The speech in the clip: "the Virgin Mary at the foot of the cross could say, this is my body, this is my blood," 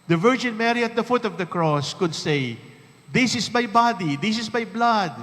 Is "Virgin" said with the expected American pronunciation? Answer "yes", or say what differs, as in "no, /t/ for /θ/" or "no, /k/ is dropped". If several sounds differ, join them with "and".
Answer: yes